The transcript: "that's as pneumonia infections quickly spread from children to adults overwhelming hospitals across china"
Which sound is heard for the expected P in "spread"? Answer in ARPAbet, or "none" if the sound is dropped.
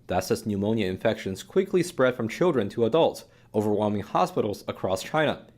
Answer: P